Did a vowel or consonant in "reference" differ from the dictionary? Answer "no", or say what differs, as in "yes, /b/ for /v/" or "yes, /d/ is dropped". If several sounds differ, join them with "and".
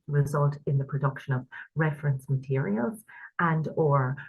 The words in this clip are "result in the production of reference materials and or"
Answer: no